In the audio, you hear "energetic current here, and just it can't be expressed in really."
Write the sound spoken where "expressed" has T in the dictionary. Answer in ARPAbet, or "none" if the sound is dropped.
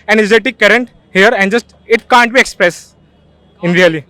none